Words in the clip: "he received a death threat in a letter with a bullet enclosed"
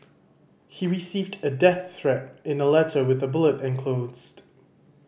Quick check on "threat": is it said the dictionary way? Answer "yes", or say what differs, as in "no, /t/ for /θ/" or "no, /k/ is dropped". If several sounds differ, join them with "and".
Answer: yes